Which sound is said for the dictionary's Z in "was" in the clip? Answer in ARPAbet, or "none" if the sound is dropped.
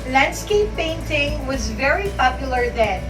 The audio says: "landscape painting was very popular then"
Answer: Z